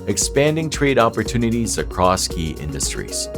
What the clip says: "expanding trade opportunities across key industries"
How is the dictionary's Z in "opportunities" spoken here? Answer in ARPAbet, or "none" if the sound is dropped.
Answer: Z